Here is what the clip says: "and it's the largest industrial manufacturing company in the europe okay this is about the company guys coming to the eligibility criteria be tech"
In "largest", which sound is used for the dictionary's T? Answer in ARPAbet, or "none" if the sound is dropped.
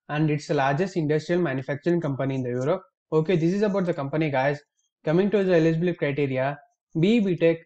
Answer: T